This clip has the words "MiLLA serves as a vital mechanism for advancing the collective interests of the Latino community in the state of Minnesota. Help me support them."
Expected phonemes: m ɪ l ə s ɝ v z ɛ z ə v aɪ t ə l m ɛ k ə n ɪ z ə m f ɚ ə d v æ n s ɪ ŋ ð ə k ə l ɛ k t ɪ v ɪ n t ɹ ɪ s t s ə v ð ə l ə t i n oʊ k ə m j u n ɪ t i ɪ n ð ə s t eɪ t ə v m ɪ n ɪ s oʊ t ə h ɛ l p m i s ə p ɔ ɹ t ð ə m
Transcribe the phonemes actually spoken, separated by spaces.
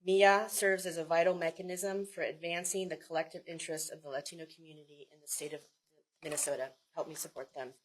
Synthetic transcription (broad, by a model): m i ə s ɝ v z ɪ z ə v aɪ t l m ɛ k ə n ɪ z ə m f ɚ ə d v æ n s ɪ ŋ ð ə k ə l ɛ k t ɪ v ɪ n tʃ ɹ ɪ s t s ə v ð ə l ə t i n oʊ k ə m j u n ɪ t i ɪ n ð ə s t eɪ t ə v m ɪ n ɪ s oʊ t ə h ɛ l p m i s ə p ɔ ɹ t ð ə m